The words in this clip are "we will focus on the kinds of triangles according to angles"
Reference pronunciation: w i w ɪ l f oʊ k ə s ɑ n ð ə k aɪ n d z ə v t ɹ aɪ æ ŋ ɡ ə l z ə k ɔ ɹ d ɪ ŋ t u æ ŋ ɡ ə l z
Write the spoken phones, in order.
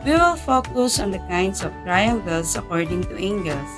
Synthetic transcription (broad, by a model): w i w ɪ l f oʊ k ə s ɑ n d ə k aɪ n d s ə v t ɹ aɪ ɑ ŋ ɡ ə l s ə k ɔ ɹ d ɪ ŋ t u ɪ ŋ ɡ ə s